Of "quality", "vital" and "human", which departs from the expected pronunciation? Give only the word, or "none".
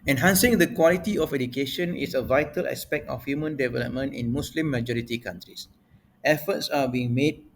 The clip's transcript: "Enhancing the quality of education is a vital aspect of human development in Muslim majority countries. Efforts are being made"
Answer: none